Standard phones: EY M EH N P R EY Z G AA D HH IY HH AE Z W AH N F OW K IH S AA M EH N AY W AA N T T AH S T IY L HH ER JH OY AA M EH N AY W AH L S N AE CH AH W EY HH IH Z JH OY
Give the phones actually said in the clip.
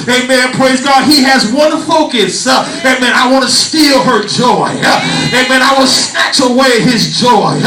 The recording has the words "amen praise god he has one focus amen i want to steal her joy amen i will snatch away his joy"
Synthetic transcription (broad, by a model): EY M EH N P R EY Z G AA D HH IY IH Z W AH N F OW K IH S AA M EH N AY W AA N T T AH S T IY L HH ER JH OY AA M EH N AY W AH N S N AE CH AH W EY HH IH Z JH OY